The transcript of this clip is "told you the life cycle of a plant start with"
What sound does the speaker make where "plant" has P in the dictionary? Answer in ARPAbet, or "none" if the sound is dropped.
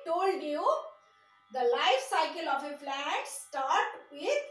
F